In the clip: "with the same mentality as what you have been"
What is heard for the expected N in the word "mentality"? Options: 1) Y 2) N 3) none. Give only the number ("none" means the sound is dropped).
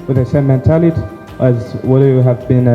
2